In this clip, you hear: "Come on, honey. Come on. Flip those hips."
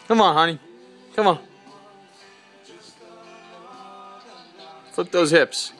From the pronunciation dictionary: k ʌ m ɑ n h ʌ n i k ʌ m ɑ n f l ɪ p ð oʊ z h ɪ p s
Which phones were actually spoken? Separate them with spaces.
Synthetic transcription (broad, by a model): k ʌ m ɑ n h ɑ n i k ʌ m ɑ n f ɪ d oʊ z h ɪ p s